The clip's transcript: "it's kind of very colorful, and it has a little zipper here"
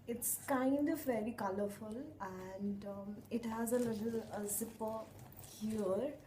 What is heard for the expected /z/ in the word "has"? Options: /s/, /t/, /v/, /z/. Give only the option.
/z/